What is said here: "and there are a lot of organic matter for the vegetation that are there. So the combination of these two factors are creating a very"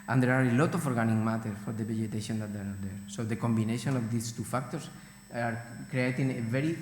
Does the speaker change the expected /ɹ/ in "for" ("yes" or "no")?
no